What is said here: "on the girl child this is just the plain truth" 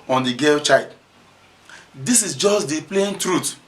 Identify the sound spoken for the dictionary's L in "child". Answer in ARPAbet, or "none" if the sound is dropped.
none